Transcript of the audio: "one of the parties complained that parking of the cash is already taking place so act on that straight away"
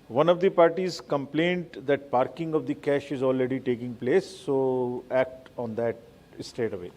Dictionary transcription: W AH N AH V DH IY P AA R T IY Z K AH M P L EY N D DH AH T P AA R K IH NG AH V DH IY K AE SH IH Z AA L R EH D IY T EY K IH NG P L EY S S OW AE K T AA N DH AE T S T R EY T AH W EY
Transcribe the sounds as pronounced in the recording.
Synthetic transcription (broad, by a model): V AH N AH V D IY P AA R T IY Z K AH M P L EY N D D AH T P AA R K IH NG AH V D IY K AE SH IH Z AA L R EH D IY T EY K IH NG P L EY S S OW AE K T AA N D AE T S T EY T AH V EY